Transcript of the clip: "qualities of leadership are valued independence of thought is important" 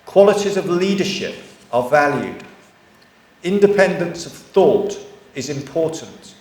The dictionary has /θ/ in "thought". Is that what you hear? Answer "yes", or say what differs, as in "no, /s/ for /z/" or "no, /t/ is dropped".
yes